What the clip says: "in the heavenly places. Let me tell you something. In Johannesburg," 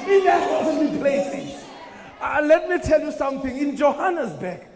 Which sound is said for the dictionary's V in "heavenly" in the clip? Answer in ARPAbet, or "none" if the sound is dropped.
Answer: W